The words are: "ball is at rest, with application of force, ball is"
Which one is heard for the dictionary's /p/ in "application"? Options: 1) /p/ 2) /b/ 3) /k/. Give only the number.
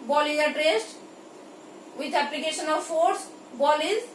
1